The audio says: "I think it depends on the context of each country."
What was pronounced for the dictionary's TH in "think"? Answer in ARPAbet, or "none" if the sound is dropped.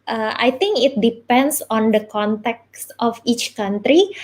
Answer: T